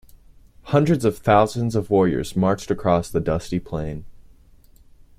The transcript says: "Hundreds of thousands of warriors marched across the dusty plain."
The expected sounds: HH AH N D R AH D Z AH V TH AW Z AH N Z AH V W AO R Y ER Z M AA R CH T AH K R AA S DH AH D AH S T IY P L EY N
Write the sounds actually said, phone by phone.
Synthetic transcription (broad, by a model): HH AH N D R AH D Z AH V TH AW Z AH N Z AH V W AO R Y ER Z M AA R CH T AH K R AA S DH AH D AH S T IY P L EY N